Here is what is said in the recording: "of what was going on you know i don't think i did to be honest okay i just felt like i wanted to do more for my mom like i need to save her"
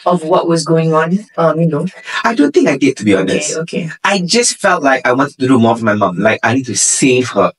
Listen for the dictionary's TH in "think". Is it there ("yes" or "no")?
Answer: yes